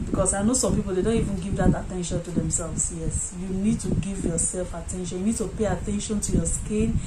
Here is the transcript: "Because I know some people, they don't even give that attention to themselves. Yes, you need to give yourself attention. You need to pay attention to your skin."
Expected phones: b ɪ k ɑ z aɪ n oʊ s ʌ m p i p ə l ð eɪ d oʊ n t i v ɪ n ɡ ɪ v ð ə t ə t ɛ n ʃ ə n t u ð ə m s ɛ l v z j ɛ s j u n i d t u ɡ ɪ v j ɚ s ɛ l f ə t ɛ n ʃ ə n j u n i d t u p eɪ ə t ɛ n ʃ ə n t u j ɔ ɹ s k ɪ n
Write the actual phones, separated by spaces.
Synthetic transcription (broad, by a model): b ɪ k ɑ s aɪ n oʊ s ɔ m p i p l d eɪ d oʊ n t i v ɪ n ɡ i v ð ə t ə t ɛ n ʃ ə n t u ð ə m s ɛ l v s j ɛ s j u n i d t u ɡ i v j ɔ s ɛ l f ə t ɛ n ʃ ə n j u n i d t u p eɪ ə t ɛ n ʃ ə n t u j ɔ s k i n